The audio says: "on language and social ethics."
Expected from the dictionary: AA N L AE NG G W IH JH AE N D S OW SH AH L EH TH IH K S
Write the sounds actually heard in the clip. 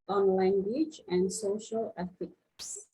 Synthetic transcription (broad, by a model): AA N L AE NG G W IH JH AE N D S OW SH AH L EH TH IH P S